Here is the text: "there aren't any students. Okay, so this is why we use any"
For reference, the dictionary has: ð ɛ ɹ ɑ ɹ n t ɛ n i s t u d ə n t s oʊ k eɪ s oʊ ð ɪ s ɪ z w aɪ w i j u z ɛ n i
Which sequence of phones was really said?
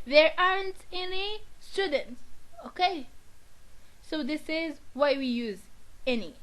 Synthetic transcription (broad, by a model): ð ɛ ɹ ɑ ɹ n t ɛ n i s t u d ə n t s oʊ k eɪ s oʊ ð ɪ s ɪ z w aɪ w i j u z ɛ n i